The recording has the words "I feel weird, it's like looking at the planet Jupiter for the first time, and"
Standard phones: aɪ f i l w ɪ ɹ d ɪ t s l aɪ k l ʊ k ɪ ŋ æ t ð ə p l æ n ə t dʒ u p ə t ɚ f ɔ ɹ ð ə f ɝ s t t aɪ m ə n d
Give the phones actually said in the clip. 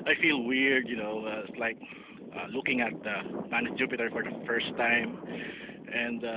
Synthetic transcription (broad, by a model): aɪ f i l w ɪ ɹ d ɪ t s l aɪ k l ʊ k ɪ ŋ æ t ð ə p æ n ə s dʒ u p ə t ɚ f ɔ ɹ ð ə f ɝ s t t aɪ m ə n d